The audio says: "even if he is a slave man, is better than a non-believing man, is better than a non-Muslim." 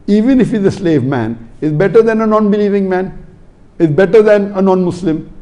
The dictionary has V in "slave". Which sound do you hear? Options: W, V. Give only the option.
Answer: V